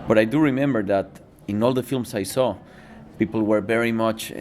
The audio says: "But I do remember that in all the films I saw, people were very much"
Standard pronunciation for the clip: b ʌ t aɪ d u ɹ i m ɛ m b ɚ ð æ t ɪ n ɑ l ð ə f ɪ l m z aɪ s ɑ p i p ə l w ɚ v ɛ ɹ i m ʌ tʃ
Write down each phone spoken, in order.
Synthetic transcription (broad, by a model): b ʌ t aɪ d u ɹ i m ɛ m b ɚ ð æ t ɪ n ɑ l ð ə f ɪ l m s aɪ s ɑ p i p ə l w ɚ v ɛ ɹ i m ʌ tʃ